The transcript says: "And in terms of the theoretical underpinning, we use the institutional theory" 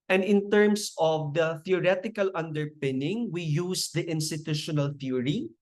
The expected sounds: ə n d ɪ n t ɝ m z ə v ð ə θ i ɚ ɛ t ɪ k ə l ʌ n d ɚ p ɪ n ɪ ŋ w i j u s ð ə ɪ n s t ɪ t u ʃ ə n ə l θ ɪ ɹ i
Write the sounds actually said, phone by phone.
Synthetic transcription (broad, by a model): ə n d ɪ n t ɝ m s ə v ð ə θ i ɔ ɛ t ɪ k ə l ʌ n d ɚ p ɪ n ɪ ŋ w i j u s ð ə ɪ n s t ɪ t u ʃ ə n ə l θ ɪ ɹ i